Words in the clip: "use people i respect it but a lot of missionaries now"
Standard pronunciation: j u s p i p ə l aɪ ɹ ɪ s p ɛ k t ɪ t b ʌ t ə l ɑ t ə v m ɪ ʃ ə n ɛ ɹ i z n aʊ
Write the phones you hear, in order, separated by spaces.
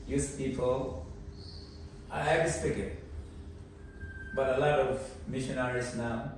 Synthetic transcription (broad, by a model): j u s p i p ə l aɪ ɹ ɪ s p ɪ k ɪ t b ʌ t ə l ɑ t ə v m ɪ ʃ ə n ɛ ɹ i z n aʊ